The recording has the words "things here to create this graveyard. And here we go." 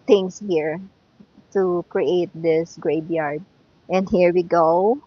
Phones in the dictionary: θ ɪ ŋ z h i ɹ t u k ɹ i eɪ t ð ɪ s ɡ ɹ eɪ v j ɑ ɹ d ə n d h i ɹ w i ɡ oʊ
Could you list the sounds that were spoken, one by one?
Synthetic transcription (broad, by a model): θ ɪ ŋ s h i ɹ t u k ɹ i eɪ t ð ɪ s ɡ ɹ eɪ b j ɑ ɹ d ə n d h i ɹ w i ɡ oʊ